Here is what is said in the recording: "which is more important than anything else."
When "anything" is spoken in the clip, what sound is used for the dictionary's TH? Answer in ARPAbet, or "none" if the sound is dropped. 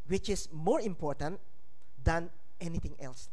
T